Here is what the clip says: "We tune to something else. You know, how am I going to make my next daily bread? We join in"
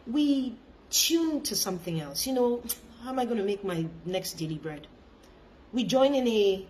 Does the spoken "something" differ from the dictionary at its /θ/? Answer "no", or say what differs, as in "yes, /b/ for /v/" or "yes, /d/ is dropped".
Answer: no